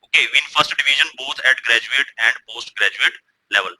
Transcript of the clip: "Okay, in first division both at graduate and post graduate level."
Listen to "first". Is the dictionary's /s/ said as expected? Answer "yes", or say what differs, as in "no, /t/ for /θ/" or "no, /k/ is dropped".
yes